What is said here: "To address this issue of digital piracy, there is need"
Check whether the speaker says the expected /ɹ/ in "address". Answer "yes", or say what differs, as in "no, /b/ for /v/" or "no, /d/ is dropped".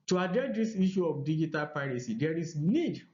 no, /ɹ/ is dropped